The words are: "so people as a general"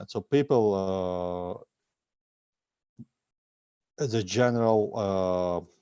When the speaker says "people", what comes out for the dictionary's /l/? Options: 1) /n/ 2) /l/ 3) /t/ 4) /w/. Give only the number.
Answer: 2